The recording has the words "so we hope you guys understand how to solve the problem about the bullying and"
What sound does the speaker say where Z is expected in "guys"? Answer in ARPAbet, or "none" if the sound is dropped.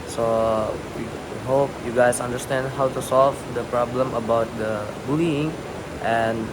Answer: S